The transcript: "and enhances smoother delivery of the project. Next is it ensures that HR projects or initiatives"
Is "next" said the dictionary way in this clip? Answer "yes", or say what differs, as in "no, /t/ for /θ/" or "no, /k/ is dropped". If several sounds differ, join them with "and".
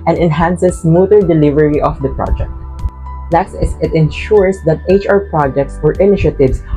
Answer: no, /l/ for /n/